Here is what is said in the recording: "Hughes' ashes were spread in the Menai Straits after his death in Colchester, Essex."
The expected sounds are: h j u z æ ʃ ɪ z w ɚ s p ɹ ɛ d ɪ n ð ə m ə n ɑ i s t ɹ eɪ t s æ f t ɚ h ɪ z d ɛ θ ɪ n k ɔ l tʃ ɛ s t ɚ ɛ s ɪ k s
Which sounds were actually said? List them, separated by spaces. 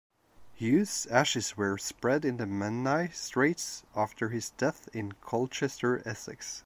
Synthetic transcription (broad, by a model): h j u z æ ʃ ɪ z w ɚ s p ɹ ɛ d ɪ n ð ə m ə n ɑ i s t ɹ eɪ t s æ f t ɚ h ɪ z d ɛ θ ɪ n k ɔ l tʃ ɛ s t ɚ ɛ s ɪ k s